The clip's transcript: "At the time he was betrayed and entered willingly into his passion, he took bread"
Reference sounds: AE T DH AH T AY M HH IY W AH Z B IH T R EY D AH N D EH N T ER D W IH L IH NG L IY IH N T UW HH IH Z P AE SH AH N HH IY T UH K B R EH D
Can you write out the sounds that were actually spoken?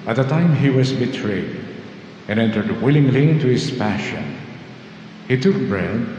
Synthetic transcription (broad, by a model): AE T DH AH T AY M HH IY W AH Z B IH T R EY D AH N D EH N T ER D W IH L IH NG L IY IH N T UW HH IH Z P AE SH AH N HH IY T UH K B R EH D